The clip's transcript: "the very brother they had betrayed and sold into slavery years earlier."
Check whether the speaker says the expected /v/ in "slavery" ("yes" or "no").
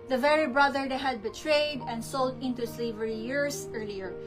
yes